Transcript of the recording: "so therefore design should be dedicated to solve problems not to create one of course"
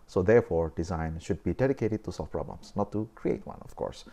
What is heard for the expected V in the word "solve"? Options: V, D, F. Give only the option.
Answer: F